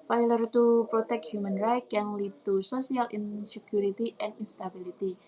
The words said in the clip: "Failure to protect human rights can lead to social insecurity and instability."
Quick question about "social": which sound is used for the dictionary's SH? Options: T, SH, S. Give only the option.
S